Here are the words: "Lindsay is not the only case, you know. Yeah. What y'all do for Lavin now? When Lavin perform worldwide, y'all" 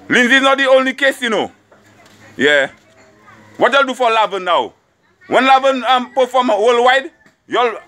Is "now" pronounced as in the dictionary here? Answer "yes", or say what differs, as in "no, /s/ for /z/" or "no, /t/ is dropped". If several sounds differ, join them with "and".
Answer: yes